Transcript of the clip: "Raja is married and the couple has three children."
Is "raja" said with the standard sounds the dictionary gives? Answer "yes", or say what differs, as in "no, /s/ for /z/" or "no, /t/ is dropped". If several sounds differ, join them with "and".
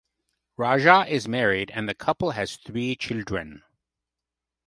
no, /ʒ/ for /dʒ/